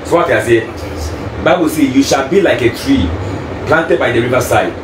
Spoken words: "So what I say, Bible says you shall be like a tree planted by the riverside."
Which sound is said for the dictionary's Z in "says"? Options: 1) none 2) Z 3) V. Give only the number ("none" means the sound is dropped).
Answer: 1